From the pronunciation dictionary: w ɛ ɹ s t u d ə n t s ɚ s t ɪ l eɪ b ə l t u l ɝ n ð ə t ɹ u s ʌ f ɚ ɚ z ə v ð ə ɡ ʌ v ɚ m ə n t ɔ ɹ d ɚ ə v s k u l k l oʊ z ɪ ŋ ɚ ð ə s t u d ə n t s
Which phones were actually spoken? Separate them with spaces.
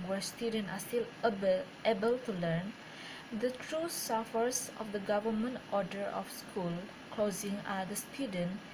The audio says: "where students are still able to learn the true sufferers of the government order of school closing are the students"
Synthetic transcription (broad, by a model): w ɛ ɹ s t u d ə n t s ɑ s t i l eɪ b ə l t u l ɝ n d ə t ɹ u s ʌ f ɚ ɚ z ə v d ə ɡ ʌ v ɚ m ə n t ɔ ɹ d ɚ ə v s k u l k l oʊ z ɪ ŋ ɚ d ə s t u d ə n